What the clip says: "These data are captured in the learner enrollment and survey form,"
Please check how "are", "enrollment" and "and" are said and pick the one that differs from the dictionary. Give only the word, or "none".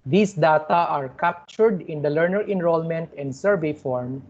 none